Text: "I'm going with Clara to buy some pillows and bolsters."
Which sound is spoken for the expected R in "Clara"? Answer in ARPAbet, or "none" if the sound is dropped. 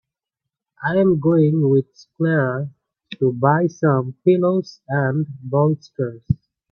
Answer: R